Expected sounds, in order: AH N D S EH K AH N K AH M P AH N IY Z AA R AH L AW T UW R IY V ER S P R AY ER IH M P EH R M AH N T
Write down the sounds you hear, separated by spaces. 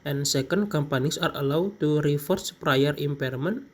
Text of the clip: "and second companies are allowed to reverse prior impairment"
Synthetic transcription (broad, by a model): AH N S EH K AH N K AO M P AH N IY S AA R AH L AW T UW R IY F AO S P R AY ER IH M P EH R M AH N